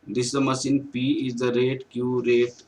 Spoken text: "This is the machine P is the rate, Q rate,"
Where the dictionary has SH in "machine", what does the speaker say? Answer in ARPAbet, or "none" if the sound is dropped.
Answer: S